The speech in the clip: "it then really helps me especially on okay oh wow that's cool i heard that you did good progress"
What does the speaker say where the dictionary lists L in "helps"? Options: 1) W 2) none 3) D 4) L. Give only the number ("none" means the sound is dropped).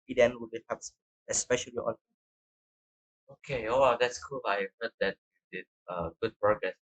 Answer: 2